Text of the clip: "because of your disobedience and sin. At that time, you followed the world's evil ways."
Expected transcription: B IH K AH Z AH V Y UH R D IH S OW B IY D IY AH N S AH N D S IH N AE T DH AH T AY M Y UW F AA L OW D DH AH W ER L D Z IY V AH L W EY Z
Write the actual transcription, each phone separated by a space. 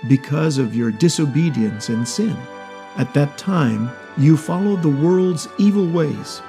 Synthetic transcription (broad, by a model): B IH K AH Z AH V Y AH R D IH S OW B IY D IY AH N S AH N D S IH N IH T DH AH T AY M Y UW F AA L OW D DH AH W ER L D Z IY V L W EY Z